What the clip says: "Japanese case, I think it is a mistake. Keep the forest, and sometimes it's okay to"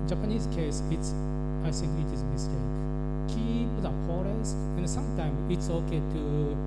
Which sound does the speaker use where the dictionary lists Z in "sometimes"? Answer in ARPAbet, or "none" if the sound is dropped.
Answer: none